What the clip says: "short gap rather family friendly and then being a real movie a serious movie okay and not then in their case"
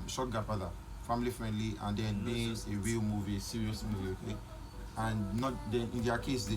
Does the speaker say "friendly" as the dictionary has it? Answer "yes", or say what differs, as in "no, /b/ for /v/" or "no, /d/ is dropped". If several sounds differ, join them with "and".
yes